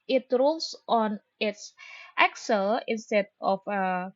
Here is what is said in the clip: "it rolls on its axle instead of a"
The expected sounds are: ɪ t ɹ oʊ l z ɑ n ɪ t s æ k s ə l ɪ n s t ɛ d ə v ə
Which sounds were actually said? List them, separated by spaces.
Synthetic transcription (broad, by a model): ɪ t ɹ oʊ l s ɑ n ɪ t s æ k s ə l ɪ n s t ɛ d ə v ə